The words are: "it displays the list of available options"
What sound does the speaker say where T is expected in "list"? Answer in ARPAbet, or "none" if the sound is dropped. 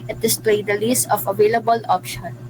none